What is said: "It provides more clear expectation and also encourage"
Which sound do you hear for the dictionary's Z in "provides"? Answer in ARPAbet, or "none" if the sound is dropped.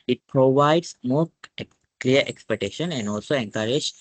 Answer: S